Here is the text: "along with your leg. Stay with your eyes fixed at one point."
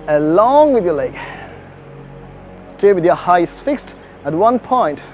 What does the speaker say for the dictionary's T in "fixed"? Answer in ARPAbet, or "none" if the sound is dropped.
T